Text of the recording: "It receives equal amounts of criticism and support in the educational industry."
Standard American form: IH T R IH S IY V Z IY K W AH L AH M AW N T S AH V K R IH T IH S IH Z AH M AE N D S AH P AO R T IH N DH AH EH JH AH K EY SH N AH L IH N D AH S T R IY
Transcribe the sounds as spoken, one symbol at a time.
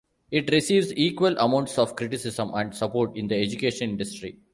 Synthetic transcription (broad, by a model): IH T R IH S IY V Z IY K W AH L AH M AW N T S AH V K R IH T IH S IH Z AH M AE N D S AH P AO R T IH N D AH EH JH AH K EY SH AH N IH N D AH S T R IY